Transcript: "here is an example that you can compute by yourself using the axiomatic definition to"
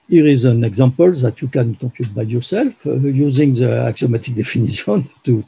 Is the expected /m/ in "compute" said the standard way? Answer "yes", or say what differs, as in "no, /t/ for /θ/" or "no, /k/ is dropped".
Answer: no, /m/ is dropped